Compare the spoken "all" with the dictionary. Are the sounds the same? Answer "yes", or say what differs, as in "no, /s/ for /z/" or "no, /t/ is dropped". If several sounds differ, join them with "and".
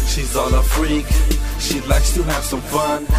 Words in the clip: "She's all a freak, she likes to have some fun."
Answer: no, /n/ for /l/